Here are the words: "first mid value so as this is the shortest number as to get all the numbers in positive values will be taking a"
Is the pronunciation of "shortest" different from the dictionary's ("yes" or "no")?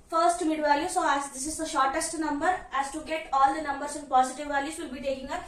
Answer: no